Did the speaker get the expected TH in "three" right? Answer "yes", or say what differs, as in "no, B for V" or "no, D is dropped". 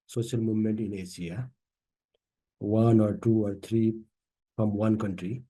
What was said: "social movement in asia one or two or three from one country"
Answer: no, T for TH